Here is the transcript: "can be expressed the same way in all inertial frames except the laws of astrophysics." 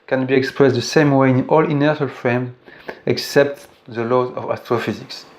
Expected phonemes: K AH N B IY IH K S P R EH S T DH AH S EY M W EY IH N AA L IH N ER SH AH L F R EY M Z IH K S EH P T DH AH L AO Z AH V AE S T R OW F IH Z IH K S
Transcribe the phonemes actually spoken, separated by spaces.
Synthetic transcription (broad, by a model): K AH N B IY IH K S P R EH S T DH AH S EY M W EY IH N AA L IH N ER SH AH L F R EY M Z IH K S EH P T DH AH L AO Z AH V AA S T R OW F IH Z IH K S